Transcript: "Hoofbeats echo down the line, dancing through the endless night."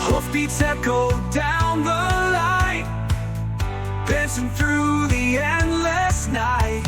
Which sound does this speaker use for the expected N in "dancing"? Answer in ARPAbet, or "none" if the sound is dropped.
none